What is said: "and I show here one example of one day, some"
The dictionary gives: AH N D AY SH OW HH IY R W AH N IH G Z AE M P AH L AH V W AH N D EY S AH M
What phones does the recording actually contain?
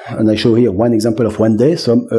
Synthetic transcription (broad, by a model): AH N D AY SH OW HH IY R W AH N IH G Z AE M P AH L AH V W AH N D EY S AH M